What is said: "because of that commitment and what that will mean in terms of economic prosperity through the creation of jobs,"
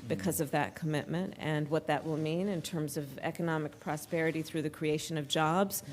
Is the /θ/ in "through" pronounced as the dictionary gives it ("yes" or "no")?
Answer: yes